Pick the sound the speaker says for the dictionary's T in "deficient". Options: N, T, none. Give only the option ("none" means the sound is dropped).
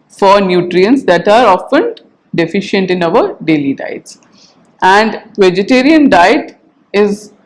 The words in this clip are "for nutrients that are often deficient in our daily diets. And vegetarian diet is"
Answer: T